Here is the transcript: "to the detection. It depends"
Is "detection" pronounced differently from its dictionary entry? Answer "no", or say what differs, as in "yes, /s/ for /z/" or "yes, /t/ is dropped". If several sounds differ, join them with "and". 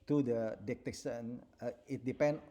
yes, /s/ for /ʃ/